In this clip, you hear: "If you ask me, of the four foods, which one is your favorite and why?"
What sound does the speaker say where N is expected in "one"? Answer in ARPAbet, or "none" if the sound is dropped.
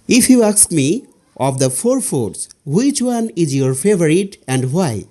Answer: N